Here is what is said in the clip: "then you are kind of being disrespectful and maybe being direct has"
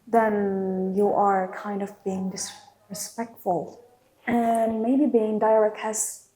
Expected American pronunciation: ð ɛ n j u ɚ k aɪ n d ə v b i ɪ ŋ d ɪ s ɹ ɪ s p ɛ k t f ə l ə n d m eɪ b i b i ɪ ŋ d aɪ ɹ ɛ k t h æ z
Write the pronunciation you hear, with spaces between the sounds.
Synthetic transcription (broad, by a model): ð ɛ n j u ɚ k aɪ n d ə v b i ɪ ŋ d ɪ s ɹ ɪ s p ɛ k t f ə l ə n m eɪ b i b i ɪ ŋ d aɪ ɹ ɛ k t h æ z